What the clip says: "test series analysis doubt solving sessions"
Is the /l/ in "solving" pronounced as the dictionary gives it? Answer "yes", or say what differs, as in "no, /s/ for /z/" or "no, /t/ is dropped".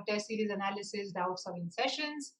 no, /l/ is dropped